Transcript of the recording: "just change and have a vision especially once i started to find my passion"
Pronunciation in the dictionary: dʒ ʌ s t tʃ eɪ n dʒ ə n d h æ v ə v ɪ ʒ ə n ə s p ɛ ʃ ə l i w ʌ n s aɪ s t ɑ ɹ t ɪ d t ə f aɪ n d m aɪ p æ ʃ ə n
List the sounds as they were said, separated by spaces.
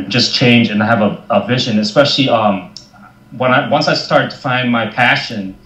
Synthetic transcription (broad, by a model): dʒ ʌ s tʃ eɪ n dʒ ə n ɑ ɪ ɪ v ə v ɪ ʒ ə n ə s p ɛ ʃ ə n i w ʌ n s aɪ s t ɑ ɹ t ɪ d t ə f aɪ n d m aɪ p æ ʃ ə n